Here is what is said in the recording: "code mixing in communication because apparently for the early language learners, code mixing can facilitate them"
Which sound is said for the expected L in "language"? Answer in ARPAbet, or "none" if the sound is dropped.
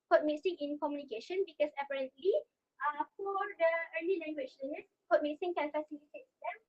N